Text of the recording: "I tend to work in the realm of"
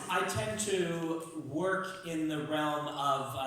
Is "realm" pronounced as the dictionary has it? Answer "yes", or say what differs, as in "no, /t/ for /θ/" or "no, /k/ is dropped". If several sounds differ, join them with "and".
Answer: yes